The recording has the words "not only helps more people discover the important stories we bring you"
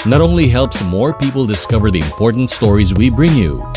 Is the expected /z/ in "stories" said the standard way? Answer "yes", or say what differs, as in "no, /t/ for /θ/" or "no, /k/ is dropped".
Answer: yes